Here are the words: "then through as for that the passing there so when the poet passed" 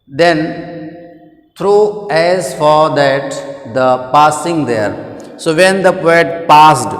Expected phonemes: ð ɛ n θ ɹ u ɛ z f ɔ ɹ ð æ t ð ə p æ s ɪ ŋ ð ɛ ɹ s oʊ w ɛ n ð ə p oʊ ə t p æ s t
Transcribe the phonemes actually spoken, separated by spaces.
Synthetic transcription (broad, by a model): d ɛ n t ɹ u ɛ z f ɔ ɹ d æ t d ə p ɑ s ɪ ŋ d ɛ ɹ s oʊ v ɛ n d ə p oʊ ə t p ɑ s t